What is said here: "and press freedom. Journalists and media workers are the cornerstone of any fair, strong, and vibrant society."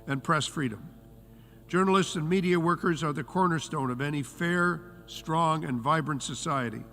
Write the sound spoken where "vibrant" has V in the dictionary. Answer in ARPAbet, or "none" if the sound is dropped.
V